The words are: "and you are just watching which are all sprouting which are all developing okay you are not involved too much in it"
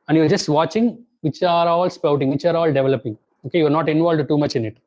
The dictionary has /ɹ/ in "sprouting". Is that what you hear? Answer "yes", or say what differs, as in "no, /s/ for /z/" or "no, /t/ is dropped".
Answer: no, /ɹ/ is dropped